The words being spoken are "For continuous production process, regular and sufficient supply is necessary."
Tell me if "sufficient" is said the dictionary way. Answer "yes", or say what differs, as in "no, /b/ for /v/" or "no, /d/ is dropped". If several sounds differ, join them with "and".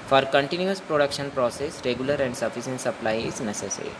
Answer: no, /s/ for /ʃ/